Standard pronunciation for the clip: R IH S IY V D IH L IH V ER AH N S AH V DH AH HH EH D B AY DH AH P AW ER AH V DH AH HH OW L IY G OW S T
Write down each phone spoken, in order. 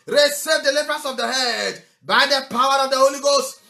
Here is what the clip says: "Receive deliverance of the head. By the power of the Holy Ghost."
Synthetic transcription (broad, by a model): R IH S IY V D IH L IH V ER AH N S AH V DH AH HH EH D B AY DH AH P AW ER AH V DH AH HH OW L IY G OW S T